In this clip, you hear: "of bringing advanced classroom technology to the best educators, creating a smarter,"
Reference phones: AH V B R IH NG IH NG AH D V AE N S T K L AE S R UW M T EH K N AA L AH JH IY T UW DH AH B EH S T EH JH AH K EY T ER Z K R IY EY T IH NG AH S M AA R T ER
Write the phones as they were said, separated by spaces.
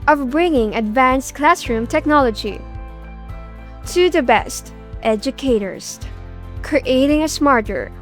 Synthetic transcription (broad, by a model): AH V B R IH NG IH NG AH D V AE N S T K L AE S R UW M T EH K N AA L AH JH IY T UW DH AH B EH S T EH JH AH K EY T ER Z K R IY EY T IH NG AH S M AA R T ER